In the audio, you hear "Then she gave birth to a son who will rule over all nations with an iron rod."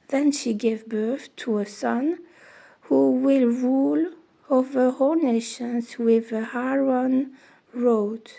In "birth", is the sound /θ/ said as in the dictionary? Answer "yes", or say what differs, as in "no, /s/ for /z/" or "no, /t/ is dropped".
yes